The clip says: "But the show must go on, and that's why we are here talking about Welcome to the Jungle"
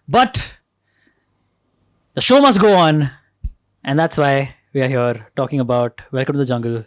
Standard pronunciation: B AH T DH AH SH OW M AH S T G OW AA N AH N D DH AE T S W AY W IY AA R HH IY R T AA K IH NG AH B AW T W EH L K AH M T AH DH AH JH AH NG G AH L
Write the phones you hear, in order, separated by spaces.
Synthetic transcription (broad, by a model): B AH T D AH SH OW M AH S T G OW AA N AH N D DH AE T S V AY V IY AA R HH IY R T AA K IH NG AH B AW T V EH L K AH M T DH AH JH AH NG G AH L